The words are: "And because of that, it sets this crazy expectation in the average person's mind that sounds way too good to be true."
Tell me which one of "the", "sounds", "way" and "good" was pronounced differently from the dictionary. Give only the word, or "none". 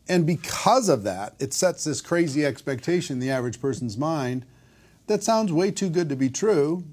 none